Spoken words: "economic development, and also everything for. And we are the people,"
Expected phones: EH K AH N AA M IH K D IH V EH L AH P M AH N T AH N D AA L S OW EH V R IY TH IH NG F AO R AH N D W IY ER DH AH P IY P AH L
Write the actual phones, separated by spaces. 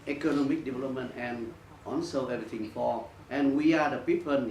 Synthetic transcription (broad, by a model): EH K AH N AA M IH K D IH V EH L AH P M AH N T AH N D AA N S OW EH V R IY T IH NG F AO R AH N W IY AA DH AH P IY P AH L